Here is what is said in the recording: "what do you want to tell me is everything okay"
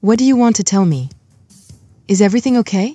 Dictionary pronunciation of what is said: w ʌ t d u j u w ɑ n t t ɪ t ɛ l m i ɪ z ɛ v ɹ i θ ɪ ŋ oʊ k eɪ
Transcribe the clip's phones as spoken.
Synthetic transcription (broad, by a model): w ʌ t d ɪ j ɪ w ɑ n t t ɪ t ɛ l m i ɪ z ɛ v ɹ i θ ɪ ŋ oʊ k eɪ